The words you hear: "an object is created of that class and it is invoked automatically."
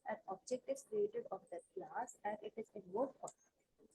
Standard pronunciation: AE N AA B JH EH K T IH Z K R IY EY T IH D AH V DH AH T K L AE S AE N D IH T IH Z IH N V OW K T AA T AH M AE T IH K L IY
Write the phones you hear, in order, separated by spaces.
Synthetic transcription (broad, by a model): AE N AA B JH EH K T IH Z K R IY EY T IH D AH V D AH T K L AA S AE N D IH T IH Z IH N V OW T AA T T